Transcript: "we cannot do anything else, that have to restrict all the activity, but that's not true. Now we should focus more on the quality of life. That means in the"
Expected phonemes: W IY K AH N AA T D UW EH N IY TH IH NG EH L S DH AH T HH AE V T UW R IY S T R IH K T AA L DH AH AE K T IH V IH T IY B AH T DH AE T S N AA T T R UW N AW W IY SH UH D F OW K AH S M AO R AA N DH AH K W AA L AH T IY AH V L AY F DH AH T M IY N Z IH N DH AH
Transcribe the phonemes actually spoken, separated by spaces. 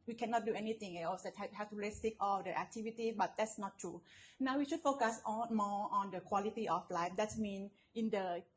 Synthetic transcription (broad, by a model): W IY K AH N AA T D UW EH N IY T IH NG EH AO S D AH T HH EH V T UW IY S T IH K AA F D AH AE K T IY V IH T IY B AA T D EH T S N AA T T R UW N AW W IY SH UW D F OW K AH S M AO AA N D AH K W AA L AH T IY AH F L AY F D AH T M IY N IH N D AH